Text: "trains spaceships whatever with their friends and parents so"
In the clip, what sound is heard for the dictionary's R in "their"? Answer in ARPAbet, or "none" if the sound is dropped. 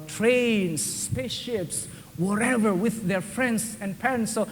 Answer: R